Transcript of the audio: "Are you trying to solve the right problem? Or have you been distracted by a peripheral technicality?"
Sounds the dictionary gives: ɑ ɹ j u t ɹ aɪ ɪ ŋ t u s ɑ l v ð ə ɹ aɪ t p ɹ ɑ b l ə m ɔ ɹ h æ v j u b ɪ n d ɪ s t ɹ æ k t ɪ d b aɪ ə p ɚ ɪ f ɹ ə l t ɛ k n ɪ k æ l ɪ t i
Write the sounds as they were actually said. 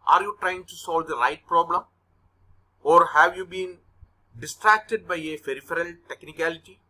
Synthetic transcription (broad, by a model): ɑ ɹ j u t ɹ aɪ ɪ ŋ t u s ɑ l v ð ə ɹ aɪ t p ɹ ɑ b l ə m ɔ ɹ h æ v j u b ɪ n d ɪ s t ɹ æ k t ɪ d b aɪ ə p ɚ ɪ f ɹ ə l t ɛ k n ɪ k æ l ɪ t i